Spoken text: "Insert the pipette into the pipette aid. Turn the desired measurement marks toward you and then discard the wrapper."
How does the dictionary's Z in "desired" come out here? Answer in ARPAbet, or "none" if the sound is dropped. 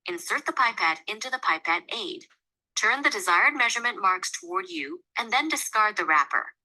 Z